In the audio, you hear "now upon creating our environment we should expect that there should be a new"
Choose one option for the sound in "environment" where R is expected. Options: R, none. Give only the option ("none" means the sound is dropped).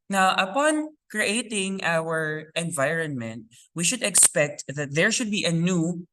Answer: R